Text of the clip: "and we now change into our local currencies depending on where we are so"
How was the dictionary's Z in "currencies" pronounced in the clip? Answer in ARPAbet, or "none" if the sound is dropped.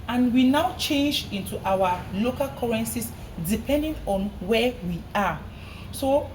S